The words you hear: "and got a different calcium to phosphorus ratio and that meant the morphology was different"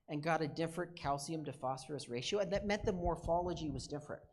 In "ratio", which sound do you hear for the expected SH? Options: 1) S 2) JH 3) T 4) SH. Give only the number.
4